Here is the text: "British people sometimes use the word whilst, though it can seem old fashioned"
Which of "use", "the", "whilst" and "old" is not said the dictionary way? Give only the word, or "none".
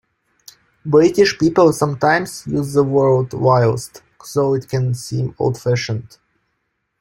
none